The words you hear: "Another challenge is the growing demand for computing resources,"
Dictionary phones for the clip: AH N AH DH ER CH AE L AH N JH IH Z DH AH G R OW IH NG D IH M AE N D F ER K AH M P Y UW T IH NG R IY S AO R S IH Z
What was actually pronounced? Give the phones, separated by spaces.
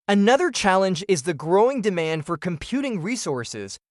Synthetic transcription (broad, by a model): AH N AH DH ER CH AE L AH N JH IH Z DH AH G R OW IH NG D IH M AE N D F ER K AH M P Y UW T IH NG R IY S AO R S IH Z